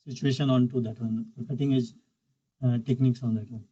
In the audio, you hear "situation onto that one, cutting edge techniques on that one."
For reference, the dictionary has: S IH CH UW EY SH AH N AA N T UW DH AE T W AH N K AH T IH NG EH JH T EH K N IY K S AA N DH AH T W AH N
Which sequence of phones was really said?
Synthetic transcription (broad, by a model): S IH CH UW EY SH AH N AA N T UW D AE T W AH N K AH T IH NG EH JH T EH K N IY K S AA N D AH T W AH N